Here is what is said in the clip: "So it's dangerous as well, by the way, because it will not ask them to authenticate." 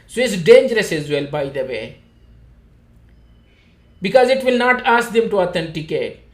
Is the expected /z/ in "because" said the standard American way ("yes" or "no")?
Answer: yes